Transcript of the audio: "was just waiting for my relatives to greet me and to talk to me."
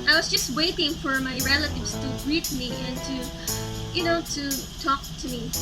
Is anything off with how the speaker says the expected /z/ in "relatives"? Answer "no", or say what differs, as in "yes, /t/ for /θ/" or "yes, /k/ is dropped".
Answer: yes, /s/ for /z/